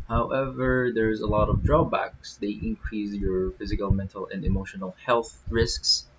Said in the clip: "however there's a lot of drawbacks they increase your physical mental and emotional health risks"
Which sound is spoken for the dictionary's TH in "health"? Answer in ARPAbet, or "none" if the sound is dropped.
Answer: TH